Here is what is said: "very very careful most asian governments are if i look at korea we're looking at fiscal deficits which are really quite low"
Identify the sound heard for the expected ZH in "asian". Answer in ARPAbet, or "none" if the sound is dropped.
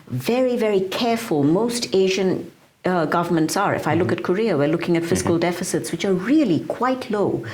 ZH